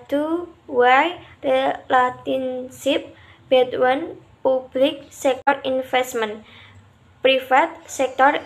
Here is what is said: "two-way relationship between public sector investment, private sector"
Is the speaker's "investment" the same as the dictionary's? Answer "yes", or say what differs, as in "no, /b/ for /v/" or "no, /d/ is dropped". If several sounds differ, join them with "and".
no, /f/ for /v/